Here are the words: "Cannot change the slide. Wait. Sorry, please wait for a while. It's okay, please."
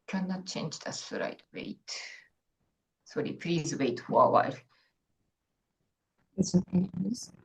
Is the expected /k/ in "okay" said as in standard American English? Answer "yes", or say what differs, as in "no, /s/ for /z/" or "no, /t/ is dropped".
no, /k/ is dropped